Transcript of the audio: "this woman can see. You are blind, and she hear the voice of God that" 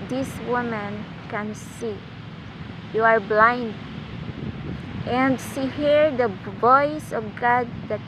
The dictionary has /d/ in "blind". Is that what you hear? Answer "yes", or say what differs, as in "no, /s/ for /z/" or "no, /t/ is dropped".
yes